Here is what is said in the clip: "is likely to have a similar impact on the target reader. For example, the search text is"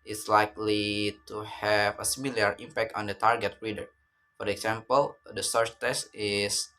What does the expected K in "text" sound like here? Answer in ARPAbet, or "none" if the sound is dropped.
none